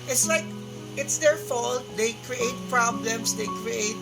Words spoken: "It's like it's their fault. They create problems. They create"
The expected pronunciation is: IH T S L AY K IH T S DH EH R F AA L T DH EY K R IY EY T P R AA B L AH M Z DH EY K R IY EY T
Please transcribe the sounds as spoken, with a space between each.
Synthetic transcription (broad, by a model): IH T S L AY K IH T S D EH R F AA L T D EY K R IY EY T P R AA B L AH M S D EY K R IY EY T